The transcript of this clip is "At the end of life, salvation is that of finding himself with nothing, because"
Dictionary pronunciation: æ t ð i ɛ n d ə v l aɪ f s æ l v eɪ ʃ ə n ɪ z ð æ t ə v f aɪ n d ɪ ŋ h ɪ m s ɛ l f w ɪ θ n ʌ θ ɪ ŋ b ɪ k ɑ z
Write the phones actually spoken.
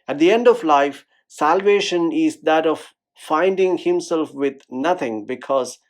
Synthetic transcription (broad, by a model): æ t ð i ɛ n d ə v l aɪ f s æ l v eɪ ʃ ə n ɪ z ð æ t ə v f aɪ n d ɪ ŋ h ɪ m s ɛ l f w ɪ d n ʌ t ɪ ŋ b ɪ k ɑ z